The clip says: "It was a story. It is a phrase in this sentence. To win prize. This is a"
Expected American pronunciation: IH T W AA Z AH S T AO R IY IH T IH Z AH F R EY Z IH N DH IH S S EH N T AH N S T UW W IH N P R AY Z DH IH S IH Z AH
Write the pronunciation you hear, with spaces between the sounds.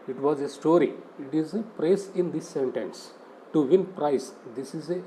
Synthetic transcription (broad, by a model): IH T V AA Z AH S T AO R IY IH T IH Z AH P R EY S IH N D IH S S EH N T AH N S T UW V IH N P R AY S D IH S IH Z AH